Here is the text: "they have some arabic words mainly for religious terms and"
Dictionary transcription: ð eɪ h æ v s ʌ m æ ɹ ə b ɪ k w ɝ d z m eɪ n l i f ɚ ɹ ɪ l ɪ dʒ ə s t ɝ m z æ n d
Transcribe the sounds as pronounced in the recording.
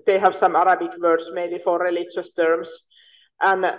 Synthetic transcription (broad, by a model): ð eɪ h æ v s ʌ m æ ɹ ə b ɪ k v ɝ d s m eɪ l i f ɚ ɹ ɪ l ɪ dʒ ə s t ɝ m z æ n